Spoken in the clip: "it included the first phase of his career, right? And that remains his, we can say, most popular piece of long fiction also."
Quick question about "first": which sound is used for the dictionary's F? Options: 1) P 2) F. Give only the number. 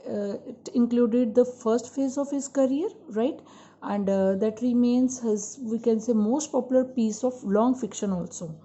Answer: 2